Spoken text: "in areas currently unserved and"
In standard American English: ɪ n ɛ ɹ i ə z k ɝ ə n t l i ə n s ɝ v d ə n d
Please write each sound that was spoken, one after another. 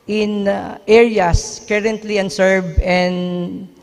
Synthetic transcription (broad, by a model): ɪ n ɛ ɹ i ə s k ɝ ə n t l i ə n s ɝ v ə n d